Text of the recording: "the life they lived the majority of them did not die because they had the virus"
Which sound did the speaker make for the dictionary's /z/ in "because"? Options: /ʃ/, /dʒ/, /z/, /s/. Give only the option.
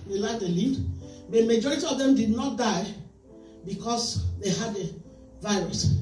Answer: /s/